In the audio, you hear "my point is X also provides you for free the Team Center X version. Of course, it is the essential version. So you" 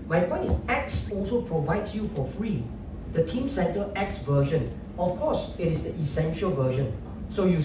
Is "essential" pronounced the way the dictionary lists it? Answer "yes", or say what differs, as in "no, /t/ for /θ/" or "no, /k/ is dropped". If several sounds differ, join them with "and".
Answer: yes